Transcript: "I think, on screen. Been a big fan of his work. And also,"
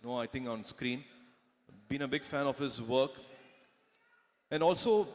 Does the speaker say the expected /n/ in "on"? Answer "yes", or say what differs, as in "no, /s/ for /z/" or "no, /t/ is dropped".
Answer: yes